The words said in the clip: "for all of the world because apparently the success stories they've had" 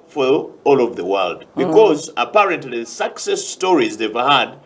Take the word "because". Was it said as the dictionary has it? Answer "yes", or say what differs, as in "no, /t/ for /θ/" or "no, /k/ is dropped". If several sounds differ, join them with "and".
yes